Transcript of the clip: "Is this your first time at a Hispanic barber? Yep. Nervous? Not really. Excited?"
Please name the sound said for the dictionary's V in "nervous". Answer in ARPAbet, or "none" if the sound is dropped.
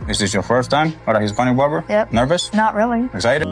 V